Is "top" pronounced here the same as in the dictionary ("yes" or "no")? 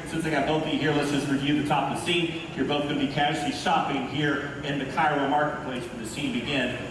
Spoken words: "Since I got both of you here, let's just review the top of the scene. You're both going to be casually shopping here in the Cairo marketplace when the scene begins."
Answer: yes